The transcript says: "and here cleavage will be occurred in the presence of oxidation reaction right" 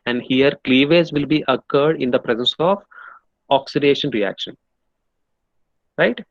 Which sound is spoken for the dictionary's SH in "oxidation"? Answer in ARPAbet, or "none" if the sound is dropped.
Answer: SH